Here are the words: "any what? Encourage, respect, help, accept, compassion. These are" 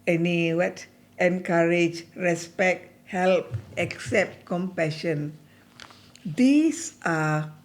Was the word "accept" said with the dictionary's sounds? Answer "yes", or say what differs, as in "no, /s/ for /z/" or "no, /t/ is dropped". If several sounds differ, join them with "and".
yes